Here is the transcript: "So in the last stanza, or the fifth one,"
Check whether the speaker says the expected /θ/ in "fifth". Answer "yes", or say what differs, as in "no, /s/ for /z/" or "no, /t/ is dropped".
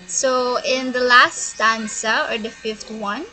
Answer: no, /t/ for /θ/